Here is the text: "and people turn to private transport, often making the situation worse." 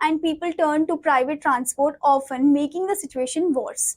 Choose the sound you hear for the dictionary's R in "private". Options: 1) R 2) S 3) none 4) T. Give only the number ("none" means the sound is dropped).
1